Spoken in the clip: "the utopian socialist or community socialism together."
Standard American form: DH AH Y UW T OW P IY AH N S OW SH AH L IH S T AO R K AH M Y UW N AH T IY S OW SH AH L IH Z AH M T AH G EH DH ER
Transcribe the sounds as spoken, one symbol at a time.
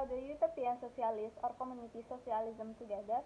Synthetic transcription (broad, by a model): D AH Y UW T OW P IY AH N S OW S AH L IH S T AO R K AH M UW N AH T IY S OW S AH L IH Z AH M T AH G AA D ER